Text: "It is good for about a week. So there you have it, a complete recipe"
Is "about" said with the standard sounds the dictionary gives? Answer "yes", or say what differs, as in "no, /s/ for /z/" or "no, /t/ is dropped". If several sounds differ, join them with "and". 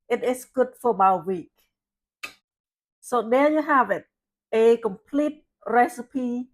no, /t/ is dropped